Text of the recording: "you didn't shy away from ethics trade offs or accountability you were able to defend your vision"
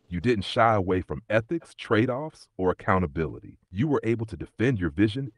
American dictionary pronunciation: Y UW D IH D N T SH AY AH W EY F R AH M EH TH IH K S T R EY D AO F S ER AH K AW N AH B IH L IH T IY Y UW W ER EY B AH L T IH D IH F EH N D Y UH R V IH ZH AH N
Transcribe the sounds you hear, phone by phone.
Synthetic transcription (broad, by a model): Y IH D IH D N T SH AY AH W EY F R AH M EH TH IH K S T R EY D AO F S ER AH K AW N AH B IH L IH T IY Y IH W ER EY B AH L T IH D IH F EH N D Y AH R V IH ZH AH N